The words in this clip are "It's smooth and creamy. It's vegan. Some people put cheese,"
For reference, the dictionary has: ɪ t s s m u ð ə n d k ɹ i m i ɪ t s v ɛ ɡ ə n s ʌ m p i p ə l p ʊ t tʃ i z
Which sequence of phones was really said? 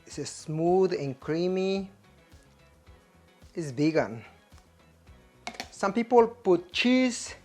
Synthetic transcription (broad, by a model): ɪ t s s m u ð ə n k ɹ i m i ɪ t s b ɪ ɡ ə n s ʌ m p i p ə l p ʊ t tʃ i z